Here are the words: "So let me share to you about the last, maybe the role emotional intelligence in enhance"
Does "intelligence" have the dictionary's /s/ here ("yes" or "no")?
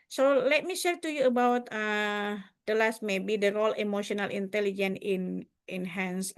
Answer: no